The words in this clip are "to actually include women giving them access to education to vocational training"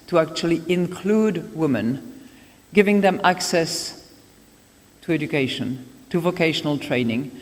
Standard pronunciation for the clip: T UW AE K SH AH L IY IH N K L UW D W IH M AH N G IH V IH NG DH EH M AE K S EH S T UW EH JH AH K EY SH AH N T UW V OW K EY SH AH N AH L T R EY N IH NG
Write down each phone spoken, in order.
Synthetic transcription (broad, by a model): T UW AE K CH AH L IY IH N K L UW D W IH M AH N G IH V IH NG DH EH M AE K S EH S T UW EH JH AH K EY SH AH N T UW V OW K EY SH AH N AH L T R EY N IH NG